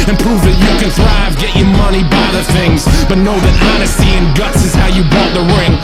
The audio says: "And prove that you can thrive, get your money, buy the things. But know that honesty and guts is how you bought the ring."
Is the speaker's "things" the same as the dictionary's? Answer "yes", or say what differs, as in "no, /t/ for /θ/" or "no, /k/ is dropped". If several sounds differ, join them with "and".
yes